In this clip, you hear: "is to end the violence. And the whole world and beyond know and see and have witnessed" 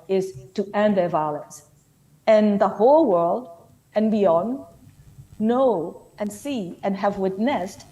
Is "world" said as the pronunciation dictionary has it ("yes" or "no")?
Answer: yes